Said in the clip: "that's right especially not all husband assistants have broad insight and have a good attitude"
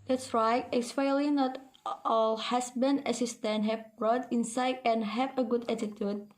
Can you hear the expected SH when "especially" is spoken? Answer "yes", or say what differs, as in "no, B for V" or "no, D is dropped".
no, SH is dropped